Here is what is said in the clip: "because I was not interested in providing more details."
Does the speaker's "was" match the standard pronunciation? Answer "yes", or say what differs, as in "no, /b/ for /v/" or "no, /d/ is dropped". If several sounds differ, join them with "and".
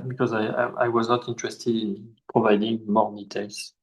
yes